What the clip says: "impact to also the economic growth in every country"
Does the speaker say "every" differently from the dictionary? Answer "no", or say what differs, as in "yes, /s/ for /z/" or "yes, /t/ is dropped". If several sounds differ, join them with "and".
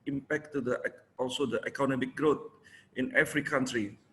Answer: yes, /f/ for /v/